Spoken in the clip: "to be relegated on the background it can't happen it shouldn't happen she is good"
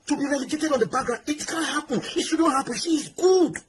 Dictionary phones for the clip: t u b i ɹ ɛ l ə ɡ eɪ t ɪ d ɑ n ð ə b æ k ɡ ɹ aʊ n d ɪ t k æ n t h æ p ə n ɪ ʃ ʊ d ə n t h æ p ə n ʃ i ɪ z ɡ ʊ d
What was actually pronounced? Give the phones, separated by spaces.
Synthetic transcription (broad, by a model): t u b i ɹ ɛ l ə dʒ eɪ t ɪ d ɑ n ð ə b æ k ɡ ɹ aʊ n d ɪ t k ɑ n h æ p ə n ɪ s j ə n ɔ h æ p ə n s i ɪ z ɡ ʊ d